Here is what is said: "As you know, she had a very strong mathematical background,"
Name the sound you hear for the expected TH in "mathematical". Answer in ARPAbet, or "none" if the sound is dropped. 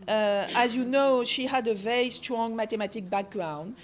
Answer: T